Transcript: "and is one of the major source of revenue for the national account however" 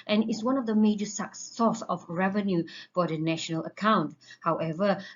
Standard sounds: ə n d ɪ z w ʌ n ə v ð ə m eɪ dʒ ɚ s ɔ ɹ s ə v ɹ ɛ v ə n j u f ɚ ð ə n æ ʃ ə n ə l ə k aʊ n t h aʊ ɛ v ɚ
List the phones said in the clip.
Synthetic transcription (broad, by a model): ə n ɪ s w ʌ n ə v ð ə m eɪ dʒ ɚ s ɔ s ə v ɹ ɛ v ə n j u f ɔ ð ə n æ ʃ ə n ə l ə k aʊ n t h aʊ ɛ v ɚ